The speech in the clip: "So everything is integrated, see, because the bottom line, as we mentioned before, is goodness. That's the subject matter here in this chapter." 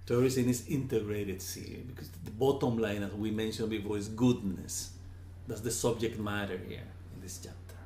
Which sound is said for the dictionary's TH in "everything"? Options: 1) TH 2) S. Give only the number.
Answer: 2